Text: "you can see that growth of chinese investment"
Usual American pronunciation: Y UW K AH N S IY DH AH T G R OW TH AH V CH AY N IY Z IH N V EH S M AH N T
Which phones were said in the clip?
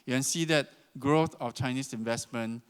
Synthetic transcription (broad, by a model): Y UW K AH N S IY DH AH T G R OW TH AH F CH AY N IY S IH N V EH S M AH N